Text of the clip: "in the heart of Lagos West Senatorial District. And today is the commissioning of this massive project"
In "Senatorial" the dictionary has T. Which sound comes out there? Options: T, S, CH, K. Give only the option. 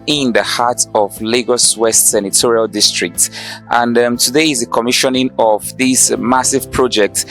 T